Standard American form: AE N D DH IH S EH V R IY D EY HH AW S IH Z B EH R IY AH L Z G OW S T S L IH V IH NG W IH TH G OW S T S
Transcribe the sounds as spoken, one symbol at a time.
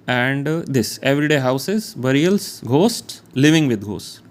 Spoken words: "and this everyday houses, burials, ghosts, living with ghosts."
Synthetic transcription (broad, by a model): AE N D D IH S EH V R IY D EY HH AW S IH Z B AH R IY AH L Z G OW S T L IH V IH NG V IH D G OW S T